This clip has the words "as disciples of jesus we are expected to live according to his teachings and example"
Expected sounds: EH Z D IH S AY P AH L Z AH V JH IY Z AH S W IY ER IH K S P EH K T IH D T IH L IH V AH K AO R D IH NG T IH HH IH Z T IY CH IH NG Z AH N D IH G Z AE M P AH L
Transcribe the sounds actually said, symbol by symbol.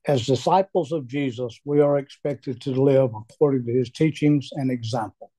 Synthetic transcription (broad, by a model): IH Z D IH S AY P L Z AH V JH IY Z AH S W IY ER IH K S P EH K T IH D T IH L IH V AH K AO R D IH NG T IH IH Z T IY CH IH NG Z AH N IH G Z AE M P L